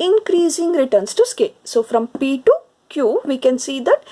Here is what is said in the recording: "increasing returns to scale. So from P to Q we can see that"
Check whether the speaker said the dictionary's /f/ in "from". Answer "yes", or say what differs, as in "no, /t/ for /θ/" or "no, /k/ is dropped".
yes